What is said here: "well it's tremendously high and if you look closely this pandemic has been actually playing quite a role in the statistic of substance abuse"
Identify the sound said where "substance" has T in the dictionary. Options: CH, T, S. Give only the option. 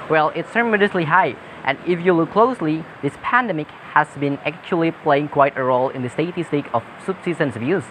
S